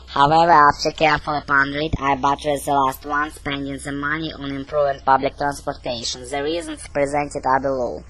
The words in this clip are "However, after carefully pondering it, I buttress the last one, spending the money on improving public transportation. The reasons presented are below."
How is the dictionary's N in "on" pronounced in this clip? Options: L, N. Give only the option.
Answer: N